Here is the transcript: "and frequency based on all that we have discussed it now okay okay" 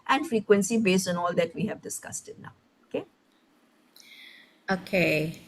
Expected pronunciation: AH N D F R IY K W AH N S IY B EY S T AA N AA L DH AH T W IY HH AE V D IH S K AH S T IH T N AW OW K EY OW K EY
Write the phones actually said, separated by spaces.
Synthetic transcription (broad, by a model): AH N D F R IY K W AH N S IY B EY S T AA N AA L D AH T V IY HH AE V D IH S K AH S T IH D N AW OW K EY OW K EY